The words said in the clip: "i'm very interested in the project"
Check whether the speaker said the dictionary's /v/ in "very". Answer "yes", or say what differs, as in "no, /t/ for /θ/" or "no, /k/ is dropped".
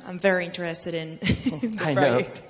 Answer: yes